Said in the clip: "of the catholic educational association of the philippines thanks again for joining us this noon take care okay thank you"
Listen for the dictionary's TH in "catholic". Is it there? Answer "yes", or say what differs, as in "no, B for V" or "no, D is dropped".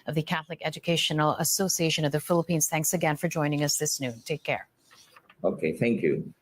yes